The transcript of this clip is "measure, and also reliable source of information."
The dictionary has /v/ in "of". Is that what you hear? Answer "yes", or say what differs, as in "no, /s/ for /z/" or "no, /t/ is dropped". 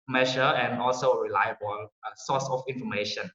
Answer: no, /f/ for /v/